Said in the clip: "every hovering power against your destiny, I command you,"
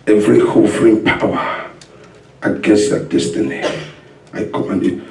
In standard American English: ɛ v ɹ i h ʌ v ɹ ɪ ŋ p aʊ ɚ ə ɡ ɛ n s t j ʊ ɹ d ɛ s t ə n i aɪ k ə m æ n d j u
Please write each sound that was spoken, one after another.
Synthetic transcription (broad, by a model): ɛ v ɹ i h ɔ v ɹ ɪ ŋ p aʊ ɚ ə ɡ ɛ n s t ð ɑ d ɛ s t ə n i aɪ k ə m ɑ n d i